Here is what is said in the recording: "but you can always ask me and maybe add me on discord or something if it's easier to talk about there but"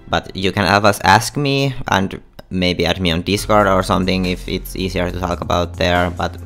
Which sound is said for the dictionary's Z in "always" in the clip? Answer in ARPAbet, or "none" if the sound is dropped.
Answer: S